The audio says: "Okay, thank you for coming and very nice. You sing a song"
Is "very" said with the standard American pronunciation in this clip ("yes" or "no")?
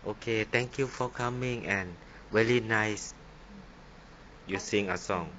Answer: no